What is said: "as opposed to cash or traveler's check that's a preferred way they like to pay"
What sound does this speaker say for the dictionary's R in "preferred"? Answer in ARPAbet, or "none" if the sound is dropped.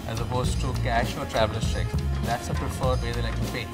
R